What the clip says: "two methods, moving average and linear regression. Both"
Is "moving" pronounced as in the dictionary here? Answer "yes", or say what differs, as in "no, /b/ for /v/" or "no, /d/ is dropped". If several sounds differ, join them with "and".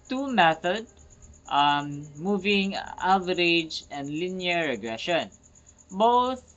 yes